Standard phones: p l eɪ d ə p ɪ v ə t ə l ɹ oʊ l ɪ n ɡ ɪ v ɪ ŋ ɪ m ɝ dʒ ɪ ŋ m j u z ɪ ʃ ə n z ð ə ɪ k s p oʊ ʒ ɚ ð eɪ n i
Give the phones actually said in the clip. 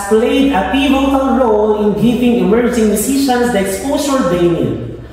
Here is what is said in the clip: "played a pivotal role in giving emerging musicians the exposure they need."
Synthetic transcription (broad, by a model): p l eɪ d ə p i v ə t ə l ɹ oʊ l ɪ n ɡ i p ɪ ŋ ɪ m ɝ dʒ ɪ ŋ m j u s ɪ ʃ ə n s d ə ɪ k s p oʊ s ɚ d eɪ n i